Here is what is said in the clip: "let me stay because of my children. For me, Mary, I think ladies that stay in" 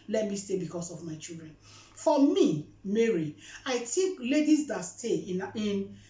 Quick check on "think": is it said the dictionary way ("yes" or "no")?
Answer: no